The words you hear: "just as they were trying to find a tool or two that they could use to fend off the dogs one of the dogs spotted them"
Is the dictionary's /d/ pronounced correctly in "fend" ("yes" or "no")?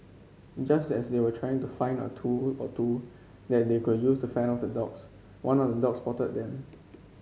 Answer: no